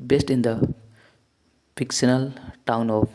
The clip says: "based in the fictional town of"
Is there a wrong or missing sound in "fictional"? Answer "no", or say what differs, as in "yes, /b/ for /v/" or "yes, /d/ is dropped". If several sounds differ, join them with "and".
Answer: yes, /s/ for /ʃ/